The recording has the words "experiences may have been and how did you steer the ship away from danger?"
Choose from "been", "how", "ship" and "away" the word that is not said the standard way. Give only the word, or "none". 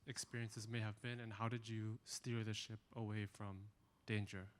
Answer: none